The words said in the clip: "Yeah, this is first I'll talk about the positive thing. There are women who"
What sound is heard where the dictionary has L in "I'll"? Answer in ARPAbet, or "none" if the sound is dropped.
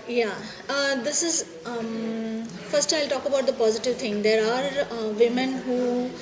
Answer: L